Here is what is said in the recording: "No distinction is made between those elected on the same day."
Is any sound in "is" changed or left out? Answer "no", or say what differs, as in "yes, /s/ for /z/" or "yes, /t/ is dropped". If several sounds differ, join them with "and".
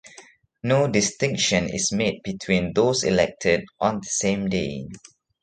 yes, /s/ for /z/